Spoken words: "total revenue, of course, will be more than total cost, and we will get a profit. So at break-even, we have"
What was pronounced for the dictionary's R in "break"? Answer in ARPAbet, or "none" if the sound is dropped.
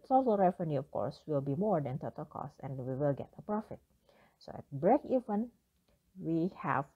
R